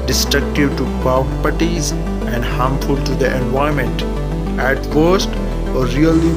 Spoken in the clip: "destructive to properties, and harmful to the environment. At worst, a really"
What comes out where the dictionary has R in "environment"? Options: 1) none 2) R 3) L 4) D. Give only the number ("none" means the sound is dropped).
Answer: 1